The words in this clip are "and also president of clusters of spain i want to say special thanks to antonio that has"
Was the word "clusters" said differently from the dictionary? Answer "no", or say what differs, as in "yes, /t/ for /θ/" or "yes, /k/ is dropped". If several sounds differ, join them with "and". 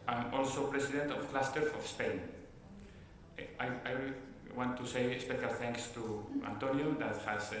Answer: yes, /z/ is dropped